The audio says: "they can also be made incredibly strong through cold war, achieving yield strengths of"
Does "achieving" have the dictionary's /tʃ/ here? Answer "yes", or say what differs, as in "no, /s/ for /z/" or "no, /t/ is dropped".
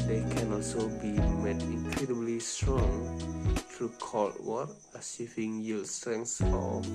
no, /s/ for /tʃ/